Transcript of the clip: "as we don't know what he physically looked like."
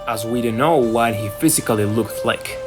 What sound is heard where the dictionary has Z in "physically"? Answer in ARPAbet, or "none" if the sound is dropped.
Z